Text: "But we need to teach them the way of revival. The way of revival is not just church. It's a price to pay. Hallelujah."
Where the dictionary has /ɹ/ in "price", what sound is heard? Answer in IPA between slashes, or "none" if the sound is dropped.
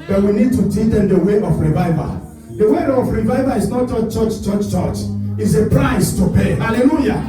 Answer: /ɹ/